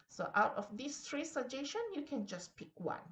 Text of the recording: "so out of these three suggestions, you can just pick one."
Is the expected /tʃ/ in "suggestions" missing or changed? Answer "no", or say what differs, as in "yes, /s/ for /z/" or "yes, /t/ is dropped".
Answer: yes, /ʃ/ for /tʃ/